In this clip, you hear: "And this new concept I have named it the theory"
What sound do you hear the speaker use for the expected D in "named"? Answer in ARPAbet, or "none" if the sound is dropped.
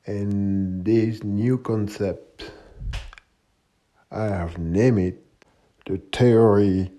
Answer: none